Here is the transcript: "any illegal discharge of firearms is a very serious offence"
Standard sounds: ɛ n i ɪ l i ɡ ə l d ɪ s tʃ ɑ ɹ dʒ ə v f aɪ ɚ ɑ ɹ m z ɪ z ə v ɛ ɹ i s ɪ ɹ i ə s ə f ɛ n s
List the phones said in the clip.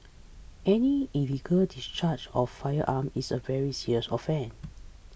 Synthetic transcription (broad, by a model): ɛ n i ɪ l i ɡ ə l d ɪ s tʃ ɑ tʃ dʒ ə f aɪ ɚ ɑ m ɪ s ə v ɛ ɹ i s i ɹ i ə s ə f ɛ n